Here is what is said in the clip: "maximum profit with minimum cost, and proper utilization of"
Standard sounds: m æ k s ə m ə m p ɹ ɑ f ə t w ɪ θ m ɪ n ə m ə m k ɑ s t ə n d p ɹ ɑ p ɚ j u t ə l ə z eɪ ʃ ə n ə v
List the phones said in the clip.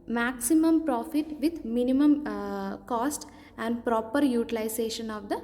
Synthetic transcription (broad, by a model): m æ k s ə m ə m p ɹ ɑ f ə t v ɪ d m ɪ n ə m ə m k ɑ s t ə n d p ɹ ɑ p ɚ j u t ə l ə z eɪ ʃ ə n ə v